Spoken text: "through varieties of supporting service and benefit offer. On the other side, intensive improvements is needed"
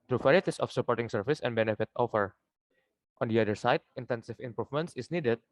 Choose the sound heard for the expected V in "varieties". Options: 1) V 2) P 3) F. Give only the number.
2